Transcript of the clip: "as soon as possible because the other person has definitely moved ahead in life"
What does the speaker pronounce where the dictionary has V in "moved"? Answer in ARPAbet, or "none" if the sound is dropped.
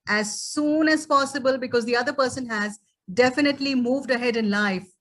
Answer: V